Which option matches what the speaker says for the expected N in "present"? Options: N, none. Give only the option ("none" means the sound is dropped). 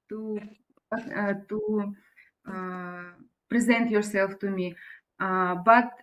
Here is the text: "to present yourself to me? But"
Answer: N